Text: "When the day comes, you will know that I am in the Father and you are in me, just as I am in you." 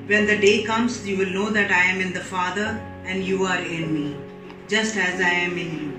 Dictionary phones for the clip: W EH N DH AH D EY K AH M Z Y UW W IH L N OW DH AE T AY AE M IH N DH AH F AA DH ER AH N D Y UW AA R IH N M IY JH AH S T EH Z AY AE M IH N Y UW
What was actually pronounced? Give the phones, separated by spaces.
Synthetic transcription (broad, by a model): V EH N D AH D EY K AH M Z Y UW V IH L N OW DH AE T AY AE M IH N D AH F AA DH ER AH N D Y UW AA R IH N M IY JH AH S T EH Z AY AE M IH N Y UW